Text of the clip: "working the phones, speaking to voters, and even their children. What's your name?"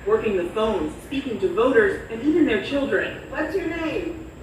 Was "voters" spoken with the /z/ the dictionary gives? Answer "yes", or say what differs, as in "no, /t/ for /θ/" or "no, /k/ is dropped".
yes